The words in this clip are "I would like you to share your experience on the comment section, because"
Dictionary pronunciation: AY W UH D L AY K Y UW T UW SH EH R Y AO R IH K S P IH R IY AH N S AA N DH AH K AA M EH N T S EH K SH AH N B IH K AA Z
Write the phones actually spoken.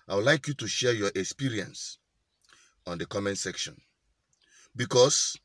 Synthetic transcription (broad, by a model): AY W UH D L AY K Y UW T UW SH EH Y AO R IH K S P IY R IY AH N S AA N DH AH K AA M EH N S EH K SH AH N B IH K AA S